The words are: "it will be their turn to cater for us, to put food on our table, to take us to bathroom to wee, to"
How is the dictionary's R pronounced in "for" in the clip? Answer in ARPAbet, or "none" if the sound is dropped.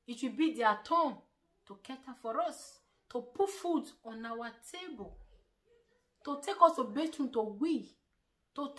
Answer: R